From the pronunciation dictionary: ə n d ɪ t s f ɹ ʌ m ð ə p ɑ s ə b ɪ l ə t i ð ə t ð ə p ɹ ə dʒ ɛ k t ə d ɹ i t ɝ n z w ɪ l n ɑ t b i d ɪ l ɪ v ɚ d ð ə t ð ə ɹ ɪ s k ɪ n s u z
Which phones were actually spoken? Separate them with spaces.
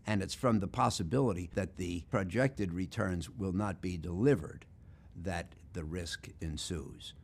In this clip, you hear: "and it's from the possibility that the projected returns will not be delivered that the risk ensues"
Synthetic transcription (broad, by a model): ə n ɪ t s f ɹ ʌ m ð ə p ɑ s ə b ɪ l ə t i ð ə t ð ə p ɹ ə dʒ ɛ k t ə d ɹ i t ɝ n z w ɪ l n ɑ t b i d ɪ l ɪ v ɚ d ð ə t ð ə ɹ ɪ s k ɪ n s u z